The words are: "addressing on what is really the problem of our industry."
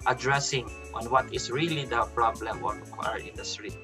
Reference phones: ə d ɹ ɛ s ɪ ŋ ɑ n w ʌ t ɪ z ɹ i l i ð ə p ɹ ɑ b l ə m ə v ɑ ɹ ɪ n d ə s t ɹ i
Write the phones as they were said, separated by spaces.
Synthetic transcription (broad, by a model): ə d ɹ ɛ s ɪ ŋ ɑ n w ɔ t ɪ s ɹ i l i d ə p ɹ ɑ b l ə m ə w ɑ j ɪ n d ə s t ɹ i